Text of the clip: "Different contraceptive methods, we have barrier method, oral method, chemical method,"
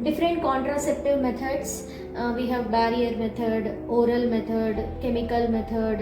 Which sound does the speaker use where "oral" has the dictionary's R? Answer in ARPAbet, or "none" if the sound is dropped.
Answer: R